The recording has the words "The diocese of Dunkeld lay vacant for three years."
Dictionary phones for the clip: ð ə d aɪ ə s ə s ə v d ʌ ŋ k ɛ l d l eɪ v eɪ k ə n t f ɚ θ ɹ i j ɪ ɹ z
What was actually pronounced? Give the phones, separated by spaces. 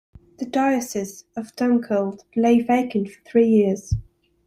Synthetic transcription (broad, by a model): ð ə d aɪ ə s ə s ə v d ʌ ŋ k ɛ l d l eɪ v eɪ k ə n t f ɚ θ ɹ i j ɪ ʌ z